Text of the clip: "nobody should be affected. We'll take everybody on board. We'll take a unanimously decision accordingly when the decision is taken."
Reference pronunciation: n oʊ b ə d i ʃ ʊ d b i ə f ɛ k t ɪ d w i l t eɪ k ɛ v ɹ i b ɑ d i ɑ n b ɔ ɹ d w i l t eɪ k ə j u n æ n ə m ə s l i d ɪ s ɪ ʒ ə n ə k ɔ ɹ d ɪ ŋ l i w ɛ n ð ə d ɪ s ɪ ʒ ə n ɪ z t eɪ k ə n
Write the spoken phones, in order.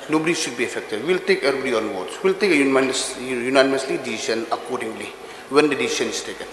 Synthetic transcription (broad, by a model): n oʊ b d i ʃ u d b i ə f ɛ k t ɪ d w i l t eɪ k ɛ ɹ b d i ɑ n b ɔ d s w i l t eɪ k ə j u n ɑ n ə m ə s l i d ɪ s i s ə n ə k ɔ ɹ d ɪ ŋ l i w ɛ n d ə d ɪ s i s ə n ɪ s t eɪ k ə n